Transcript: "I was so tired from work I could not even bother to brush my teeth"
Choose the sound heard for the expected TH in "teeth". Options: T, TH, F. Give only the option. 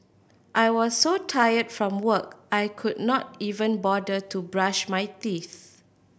TH